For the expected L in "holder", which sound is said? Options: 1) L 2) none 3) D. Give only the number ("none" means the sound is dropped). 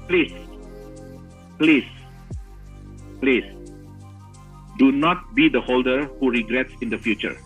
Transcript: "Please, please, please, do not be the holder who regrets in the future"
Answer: 1